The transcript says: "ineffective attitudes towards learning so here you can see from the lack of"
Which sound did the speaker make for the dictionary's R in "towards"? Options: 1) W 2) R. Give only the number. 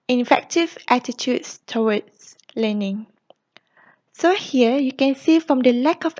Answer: 1